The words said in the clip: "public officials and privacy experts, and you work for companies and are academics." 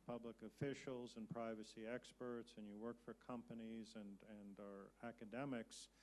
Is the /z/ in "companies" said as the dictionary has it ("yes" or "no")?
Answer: yes